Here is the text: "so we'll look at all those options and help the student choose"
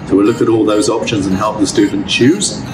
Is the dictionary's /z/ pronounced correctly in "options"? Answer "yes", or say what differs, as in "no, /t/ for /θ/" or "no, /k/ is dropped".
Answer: yes